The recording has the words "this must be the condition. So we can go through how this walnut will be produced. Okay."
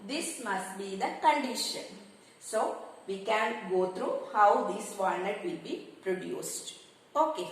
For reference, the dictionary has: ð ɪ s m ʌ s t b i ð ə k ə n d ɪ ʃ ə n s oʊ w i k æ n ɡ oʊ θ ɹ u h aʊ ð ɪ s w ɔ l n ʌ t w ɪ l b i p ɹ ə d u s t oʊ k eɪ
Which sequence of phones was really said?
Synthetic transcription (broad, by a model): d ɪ s m ʌ s t b i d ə k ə n d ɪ ʃ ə n s oʊ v i k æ n ɡ oʊ t ɹ u h aʊ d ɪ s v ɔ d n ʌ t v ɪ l b i p ɹ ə d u s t oʊ k eɪ